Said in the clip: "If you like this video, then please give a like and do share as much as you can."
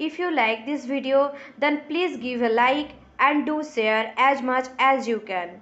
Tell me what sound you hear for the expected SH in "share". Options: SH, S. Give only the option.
S